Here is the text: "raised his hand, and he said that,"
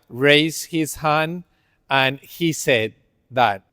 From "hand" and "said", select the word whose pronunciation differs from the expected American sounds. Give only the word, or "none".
hand